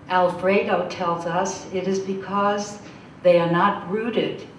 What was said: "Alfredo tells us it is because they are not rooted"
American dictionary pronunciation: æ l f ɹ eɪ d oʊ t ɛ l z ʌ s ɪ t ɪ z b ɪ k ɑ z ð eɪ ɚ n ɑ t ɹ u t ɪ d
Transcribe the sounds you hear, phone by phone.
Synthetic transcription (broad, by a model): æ l f ɹ eɪ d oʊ t ɛ l z ʌ s ɪ t ɪ z b ɪ k ɑ z ð eɪ ɚ n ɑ t ɹ u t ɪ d